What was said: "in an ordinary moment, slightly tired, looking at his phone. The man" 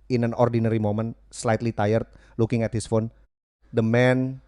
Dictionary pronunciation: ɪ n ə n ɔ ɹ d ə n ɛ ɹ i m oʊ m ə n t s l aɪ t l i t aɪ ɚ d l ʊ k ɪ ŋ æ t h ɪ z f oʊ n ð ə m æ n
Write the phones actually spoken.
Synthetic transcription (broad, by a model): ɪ n ə n ɔ ɹ d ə n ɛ ɹ i m oʊ m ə n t s l aɪ t l i t aɪ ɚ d l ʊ k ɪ ŋ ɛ t h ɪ s f oʊ n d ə m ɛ n